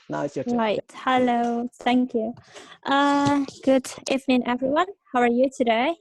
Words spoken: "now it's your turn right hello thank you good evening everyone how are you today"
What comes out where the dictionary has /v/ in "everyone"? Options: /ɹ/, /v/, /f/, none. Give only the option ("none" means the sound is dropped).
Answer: /v/